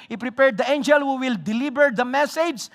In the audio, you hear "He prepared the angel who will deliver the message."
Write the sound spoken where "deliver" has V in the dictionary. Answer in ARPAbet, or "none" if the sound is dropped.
B